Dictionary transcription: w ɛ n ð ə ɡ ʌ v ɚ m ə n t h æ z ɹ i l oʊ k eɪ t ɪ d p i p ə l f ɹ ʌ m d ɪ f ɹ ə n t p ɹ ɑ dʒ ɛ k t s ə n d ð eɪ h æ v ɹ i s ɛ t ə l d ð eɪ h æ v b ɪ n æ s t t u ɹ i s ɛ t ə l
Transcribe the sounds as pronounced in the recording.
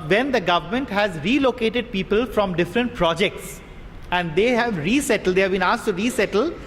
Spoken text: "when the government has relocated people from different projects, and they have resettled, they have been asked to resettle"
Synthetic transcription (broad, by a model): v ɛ n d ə ɡ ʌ v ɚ m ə n t h æ z ɹ i l oʊ k eɪ t ɪ d p i p ə l f ɹ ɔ m d ɪ f ɹ ə n t p ɹ ɑ dʒ ɛ k t s ə n d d eɪ h æ v ɹ i s ɛ t ə l d eɪ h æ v b ɪ n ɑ s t t u ɹ i s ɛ t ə l